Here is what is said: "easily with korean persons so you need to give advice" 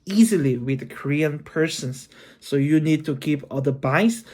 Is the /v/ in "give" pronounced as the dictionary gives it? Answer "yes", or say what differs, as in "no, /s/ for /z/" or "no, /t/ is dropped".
no, /p/ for /v/